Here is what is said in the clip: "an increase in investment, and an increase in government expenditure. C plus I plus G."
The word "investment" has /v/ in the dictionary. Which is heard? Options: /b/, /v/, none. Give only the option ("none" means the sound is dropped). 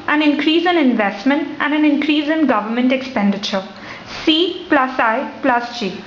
/v/